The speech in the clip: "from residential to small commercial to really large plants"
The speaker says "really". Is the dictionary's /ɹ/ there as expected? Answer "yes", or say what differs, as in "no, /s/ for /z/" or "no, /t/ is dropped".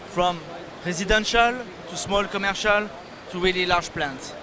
no, /w/ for /ɹ/